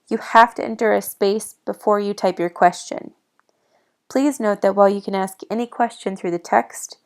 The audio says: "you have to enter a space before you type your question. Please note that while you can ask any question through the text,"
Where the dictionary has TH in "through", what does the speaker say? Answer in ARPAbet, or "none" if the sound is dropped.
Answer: TH